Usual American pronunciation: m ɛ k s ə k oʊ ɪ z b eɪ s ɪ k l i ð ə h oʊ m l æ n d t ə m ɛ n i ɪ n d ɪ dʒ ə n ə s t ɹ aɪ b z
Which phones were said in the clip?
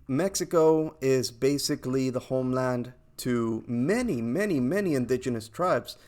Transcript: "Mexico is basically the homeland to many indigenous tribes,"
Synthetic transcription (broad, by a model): m ɛ k s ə k oʊ ɪ z b eɪ s ɪ k l i ð ə h oʊ m l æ n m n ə m ɛ n i ɪ n d ɪ dʒ ə n ə s t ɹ aɪ b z